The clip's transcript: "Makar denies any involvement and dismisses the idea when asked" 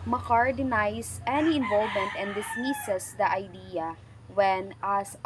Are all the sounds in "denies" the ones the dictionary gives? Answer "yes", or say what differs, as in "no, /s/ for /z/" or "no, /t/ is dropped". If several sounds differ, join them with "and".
no, /s/ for /z/